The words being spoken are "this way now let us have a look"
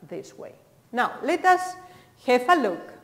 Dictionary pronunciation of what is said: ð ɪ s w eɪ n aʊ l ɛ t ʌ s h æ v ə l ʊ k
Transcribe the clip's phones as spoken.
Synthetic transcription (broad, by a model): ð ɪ s w eɪ n aʊ l ɛ t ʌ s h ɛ f ə l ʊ k